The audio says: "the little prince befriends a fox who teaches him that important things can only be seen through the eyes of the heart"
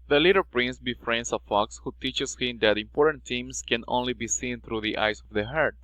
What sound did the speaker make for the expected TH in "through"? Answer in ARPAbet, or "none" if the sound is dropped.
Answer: T